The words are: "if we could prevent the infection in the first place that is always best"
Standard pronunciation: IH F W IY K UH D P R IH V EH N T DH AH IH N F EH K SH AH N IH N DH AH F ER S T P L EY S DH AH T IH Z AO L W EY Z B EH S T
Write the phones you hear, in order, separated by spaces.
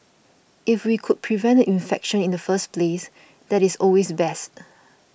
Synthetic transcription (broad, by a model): IH F W IY K UH D P R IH V EH N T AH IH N F EH K SH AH N IH N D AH F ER S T P L EY S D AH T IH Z AO L W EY S B EH S T